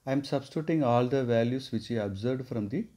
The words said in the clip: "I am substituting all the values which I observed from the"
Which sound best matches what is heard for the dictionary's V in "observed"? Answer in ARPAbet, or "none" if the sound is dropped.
none